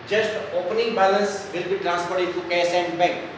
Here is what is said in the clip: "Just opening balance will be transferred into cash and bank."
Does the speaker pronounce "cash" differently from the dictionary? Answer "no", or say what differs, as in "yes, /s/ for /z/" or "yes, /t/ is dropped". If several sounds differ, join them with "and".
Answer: yes, /s/ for /ʃ/